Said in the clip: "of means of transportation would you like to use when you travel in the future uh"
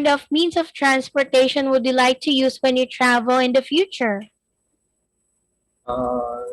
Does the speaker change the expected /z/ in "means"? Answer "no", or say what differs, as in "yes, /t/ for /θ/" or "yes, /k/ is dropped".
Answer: yes, /s/ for /z/